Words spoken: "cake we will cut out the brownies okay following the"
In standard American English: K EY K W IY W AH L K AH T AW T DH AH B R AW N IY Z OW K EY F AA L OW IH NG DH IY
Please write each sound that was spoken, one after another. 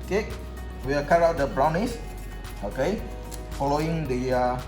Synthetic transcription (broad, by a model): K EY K W IY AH K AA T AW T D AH B R AW N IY S OW K EY F AA L OW IH NG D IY